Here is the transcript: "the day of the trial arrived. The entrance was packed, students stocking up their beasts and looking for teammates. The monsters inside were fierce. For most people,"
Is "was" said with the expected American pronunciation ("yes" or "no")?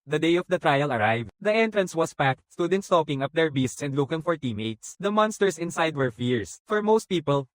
no